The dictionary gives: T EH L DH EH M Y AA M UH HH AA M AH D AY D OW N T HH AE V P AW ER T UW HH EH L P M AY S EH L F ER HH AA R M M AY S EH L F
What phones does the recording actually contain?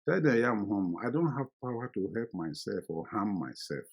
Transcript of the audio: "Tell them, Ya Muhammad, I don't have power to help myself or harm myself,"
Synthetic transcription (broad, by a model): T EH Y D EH Y AA M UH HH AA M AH IH D OW N T HH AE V P AW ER T UW HH EH L P M AY S EH L F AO HH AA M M AY S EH L F